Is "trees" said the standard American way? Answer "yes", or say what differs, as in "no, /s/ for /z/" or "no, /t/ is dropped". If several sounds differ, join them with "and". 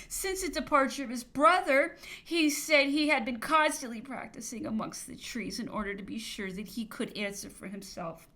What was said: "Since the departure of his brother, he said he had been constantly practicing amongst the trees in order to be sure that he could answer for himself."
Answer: yes